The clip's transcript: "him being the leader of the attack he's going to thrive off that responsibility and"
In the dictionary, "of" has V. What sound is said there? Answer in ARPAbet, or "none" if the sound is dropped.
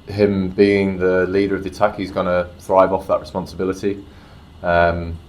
V